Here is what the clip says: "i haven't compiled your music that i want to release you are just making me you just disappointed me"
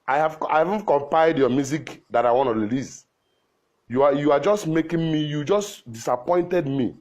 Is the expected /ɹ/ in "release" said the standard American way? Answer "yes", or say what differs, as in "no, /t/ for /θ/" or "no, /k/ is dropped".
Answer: no, /l/ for /ɹ/